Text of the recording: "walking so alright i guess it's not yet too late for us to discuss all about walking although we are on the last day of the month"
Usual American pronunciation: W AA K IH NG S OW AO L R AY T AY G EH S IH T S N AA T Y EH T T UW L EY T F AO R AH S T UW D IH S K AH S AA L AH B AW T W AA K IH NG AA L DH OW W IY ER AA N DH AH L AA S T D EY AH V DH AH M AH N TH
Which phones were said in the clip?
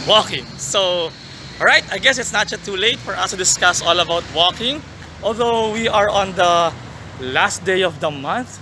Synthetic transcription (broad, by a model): W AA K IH NG S OW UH R AY T AY G EH S IH T S N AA T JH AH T T UW L EY T F AO R AH S T UW D IH S K AH S AA L AH B AW T W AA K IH NG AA L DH OW W IY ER AA N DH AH L AA S T D EY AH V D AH M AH N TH